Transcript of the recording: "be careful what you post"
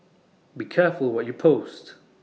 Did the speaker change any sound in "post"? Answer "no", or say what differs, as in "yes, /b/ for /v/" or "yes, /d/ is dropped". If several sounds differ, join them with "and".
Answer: no